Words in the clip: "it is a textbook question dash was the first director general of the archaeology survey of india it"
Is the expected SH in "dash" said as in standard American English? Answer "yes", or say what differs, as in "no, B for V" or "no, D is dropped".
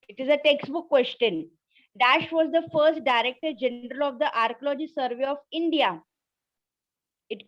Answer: yes